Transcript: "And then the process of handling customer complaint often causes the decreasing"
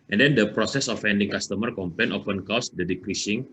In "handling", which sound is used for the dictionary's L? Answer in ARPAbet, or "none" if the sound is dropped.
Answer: none